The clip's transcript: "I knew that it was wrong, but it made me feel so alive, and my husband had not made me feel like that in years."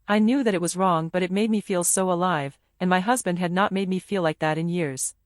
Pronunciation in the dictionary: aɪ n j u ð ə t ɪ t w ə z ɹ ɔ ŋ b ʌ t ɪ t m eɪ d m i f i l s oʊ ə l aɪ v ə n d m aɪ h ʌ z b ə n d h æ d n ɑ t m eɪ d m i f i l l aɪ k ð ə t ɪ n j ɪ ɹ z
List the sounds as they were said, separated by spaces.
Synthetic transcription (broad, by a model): aɪ n j u ð ə t ɪ t w ə z ɹ ɔ ŋ b ʌ t ɪ t m eɪ d m i f i l s oʊ ə l aɪ v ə n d m aɪ h ʌ z b ə n d h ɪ d n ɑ t m eɪ d m i f i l l aɪ k ð ə t ɪ n j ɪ ɹ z